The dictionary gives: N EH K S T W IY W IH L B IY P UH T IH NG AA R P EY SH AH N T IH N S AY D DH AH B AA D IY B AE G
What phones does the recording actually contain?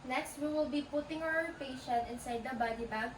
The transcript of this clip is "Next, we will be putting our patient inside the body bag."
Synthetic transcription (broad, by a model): N EH K S T W IY W IH L B IY P UH T IH NG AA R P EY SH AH T IH N S AY D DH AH B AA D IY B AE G